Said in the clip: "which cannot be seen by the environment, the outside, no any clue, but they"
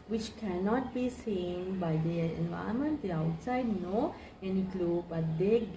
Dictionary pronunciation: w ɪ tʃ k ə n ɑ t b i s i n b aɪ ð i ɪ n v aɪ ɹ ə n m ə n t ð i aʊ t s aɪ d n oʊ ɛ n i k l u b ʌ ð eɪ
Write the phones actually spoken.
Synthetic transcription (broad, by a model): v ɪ tʃ k ə n ɑ t b i s i n b aɪ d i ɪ n v aɪ ə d m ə n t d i aʊ t s aɪ d n oʊ ɛ n i k l u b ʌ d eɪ